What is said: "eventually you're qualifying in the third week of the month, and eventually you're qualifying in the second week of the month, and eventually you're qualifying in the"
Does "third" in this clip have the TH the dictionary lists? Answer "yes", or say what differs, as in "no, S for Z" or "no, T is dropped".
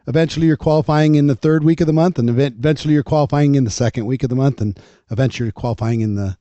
yes